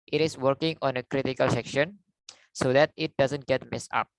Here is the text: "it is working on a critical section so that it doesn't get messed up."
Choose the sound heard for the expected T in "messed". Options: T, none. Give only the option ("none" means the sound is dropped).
none